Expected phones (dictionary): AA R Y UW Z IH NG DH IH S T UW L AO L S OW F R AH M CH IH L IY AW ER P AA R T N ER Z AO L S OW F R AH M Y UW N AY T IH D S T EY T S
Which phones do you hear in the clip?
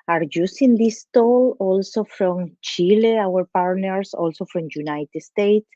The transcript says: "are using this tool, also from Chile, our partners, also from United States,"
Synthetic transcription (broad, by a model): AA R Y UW S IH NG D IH S T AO L AO L S OW F R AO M CH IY L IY AW ER P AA R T N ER S AO L S OW F R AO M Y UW N AY T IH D S T EY T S